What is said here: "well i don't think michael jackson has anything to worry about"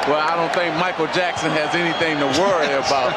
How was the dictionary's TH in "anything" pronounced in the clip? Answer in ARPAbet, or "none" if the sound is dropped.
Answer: TH